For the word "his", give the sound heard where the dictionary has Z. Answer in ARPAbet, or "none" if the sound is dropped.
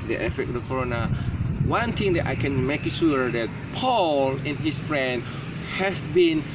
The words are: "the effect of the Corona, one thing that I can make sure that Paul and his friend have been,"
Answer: S